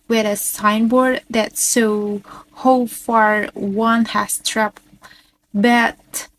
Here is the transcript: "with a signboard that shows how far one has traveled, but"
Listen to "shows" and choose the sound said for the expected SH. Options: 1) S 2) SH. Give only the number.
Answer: 1